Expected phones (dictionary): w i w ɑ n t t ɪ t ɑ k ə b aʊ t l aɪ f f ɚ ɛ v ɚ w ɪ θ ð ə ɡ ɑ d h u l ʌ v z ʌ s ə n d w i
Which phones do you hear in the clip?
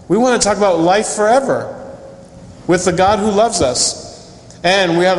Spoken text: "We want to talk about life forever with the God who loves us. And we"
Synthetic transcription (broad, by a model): w i w ɑ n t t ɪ t ɑ k ə b aʊ t l aɪ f f ɚ ɛ v ɚ w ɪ ð ə ɡ ɑ d h u l ʌ v z ʌ s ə n w i